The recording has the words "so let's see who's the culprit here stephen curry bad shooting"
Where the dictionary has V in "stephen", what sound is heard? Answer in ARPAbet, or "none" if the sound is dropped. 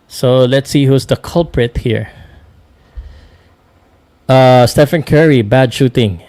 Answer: F